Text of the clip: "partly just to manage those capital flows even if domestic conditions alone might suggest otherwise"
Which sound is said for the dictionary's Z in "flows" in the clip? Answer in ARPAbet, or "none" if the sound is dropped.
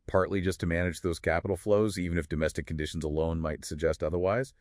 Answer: Z